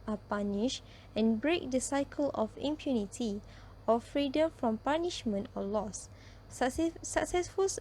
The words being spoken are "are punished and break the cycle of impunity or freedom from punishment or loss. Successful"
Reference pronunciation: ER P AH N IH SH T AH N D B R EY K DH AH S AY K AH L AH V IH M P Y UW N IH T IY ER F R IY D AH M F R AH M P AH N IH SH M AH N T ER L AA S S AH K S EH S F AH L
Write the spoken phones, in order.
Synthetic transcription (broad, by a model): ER P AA N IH SH AH N B R EY K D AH S AY K AH L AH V IH M P Y UW N IH T IY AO F R IY D AH M F R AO M P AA N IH SH M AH N T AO L AA S S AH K S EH S F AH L